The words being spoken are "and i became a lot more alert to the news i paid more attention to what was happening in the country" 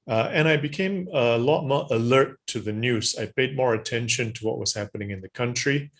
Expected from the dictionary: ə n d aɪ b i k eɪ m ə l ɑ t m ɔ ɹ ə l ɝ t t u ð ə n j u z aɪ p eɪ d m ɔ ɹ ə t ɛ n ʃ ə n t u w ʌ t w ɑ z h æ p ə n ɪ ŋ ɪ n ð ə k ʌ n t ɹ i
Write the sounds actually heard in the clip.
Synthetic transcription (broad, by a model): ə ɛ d aɪ b i k eɪ m ə l ɑ t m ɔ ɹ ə l ɝ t t u ð ə n j u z aɪ p eɪ d m ɔ ɹ ə t ɛ n ʃ ə n t u w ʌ t w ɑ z h æ p ə n ɪ ŋ ɪ n ð ə k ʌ n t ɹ i